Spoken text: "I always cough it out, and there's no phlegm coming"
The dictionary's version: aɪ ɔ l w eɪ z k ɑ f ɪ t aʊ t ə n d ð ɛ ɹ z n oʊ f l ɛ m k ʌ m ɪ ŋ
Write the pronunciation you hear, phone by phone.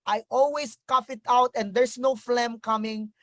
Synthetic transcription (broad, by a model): aɪ ɔ l w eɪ s k ɑ f ɪ t aʊ t ə n d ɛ ɹ s n oʊ f l ɛ m k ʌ m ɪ ŋ